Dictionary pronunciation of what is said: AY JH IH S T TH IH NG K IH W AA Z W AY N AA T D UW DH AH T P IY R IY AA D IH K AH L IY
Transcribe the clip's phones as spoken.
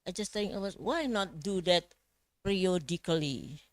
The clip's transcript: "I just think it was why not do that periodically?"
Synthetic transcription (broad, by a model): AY JH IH S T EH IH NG IH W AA S W AY N AA T D UW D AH T P R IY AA D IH K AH L IY